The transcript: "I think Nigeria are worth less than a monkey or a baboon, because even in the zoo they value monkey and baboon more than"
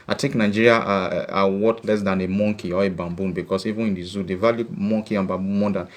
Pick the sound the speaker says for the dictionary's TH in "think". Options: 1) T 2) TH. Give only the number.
1